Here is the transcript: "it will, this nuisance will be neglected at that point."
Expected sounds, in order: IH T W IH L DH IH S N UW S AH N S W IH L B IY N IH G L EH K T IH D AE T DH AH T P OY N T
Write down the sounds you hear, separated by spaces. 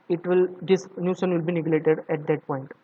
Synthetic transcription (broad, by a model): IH T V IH L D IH S N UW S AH N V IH L B IY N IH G L EH T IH D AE T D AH T P OY N T